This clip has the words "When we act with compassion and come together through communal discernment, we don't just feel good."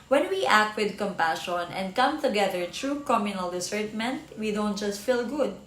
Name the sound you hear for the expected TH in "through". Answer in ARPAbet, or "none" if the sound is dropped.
T